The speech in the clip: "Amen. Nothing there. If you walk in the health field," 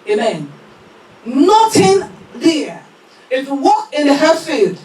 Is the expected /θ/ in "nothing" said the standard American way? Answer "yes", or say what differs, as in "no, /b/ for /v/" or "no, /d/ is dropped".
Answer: no, /t/ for /θ/